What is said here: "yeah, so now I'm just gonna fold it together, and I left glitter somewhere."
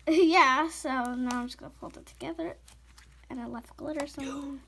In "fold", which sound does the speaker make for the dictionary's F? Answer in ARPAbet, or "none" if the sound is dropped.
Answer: P